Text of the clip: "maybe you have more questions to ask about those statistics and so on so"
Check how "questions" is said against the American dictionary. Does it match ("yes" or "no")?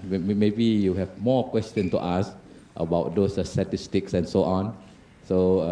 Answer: no